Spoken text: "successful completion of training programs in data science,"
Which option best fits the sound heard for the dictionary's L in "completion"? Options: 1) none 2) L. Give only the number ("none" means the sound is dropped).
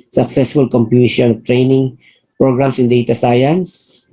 1